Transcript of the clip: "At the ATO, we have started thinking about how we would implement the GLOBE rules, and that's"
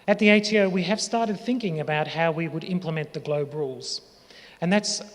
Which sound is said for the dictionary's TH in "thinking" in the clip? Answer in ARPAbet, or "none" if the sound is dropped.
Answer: TH